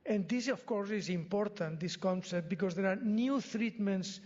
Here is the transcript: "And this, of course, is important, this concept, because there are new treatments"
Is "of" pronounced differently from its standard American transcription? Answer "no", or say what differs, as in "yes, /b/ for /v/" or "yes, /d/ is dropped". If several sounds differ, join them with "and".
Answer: yes, /f/ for /v/